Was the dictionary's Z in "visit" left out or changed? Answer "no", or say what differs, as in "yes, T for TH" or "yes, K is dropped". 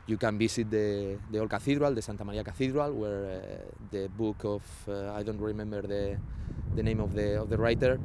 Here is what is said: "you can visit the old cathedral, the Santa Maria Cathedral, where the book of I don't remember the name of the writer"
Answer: yes, S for Z